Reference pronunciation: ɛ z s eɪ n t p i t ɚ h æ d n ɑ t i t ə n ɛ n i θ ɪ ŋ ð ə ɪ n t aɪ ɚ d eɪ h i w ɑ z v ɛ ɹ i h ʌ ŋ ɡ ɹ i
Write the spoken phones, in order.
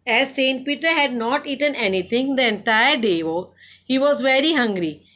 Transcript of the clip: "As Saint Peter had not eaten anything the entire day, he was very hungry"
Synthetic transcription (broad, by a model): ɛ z s eɪ n t p i t ɚ h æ d n ɑ t i t ə n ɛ n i t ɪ ŋ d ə ɪ n t aɪ ɚ d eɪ h i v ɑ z v ɛ ɹ i h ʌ ŋ ɡ ɹ i